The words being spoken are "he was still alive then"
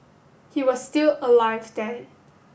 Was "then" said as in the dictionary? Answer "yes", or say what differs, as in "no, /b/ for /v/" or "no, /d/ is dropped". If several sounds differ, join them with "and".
no, /n/ is dropped